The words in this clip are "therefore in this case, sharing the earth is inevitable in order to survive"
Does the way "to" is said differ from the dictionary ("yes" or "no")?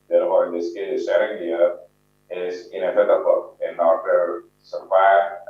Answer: yes